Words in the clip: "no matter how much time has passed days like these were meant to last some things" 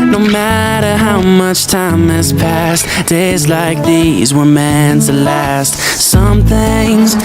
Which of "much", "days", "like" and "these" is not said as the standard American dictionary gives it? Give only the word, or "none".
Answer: none